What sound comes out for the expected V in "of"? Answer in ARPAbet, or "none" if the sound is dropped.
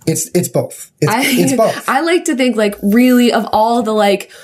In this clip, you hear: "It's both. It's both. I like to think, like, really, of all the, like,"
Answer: V